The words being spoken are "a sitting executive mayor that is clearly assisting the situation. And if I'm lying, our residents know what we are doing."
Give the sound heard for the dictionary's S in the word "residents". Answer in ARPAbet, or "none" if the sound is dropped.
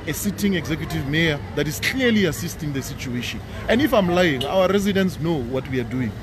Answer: S